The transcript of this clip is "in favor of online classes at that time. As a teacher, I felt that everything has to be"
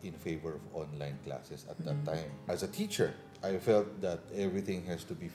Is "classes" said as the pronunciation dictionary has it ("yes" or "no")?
no